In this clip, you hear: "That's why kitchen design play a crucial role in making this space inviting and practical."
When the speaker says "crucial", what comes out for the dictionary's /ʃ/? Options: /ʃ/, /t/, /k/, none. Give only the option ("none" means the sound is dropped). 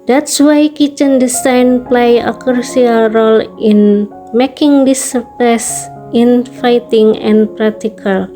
none